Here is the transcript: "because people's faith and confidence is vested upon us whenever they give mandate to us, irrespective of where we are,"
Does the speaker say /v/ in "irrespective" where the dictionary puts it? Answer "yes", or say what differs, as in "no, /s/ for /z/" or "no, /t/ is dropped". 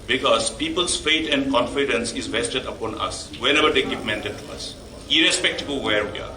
no, /b/ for /v/